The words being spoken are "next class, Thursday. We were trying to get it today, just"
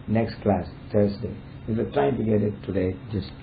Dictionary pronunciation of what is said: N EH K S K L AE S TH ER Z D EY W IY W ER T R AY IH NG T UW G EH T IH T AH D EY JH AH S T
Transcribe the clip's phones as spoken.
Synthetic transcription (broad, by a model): N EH K S K L AE S T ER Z D EY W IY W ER T R AY IH NG T UW G EH T IH T AH D EY JH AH S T